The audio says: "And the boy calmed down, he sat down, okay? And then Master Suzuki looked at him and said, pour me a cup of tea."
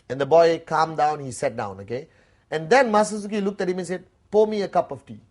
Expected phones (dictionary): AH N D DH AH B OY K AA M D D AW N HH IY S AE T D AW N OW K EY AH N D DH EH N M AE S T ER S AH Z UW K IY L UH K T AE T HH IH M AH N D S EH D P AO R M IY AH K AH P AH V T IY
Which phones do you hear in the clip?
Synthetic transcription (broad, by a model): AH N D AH B OY K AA M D D AW N HH IY S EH T D AW N OW K EY AH N D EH N M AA S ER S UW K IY L UH K T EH T HH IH M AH N S EH D P AO M IY AH K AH P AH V T IY